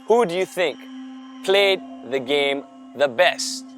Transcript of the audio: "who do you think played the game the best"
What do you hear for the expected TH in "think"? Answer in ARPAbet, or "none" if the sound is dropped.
TH